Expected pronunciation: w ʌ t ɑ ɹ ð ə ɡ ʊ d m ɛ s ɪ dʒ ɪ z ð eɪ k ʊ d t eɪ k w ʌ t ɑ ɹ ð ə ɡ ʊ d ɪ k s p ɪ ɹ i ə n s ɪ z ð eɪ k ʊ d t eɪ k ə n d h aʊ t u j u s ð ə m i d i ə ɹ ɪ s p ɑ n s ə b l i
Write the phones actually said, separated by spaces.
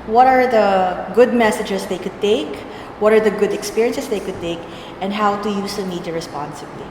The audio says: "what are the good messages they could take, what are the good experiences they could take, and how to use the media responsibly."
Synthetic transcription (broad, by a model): w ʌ t ɑ ɹ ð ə ɡ ʊ d m ɛ s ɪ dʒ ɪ s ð eɪ k ʊ d t eɪ k w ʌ t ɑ ɹ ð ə ɡ ʊ d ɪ k s p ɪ ɹ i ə n s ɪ s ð eɪ k ʊ d t eɪ k ə n d h aʊ t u j u s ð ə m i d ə ɹ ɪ s p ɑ n s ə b l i